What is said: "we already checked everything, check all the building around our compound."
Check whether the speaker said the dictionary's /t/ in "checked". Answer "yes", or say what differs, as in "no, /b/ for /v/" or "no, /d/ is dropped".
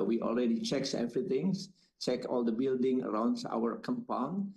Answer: no, /t/ is dropped